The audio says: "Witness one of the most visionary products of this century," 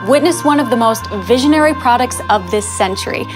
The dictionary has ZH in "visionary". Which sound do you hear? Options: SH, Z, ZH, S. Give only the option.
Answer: ZH